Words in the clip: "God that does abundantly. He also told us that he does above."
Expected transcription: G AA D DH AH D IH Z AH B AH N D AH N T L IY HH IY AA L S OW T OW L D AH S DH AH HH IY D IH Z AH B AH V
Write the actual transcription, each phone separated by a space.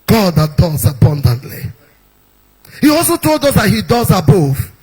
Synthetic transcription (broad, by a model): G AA D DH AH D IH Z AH B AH N D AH N T L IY HH IY AA L S OW T OW L D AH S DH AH HH IY D IH Z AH B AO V